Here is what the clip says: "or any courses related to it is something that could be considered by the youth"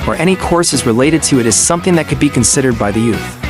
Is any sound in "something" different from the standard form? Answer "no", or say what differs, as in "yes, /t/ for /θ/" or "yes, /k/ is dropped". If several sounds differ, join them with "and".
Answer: no